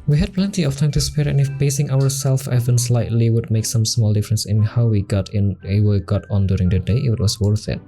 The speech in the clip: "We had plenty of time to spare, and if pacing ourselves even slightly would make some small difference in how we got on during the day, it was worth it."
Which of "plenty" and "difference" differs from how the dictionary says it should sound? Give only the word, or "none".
none